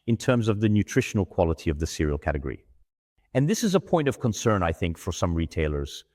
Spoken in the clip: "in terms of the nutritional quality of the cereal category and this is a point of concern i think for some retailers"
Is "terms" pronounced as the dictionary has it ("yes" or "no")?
yes